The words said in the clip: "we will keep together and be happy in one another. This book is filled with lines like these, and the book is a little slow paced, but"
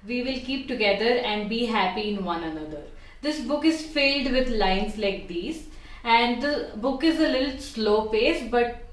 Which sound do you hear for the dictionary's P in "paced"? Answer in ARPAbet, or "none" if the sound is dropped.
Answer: F